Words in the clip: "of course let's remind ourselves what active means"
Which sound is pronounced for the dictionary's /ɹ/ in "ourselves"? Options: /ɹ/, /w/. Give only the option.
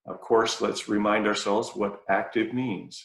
/ɹ/